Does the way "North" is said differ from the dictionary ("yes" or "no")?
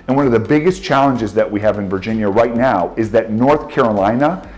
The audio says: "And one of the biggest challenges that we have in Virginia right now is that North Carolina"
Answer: no